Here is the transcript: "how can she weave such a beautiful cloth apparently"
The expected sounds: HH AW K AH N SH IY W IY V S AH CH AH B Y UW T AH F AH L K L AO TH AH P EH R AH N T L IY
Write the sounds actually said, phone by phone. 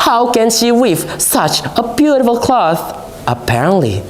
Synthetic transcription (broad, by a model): HH AW K AH N SH IY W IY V S AH CH AH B Y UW T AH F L K L AO TH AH P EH R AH N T L IY